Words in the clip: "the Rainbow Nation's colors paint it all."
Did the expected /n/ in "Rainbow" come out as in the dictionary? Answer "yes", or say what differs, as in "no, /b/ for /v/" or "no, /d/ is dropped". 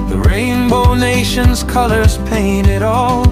yes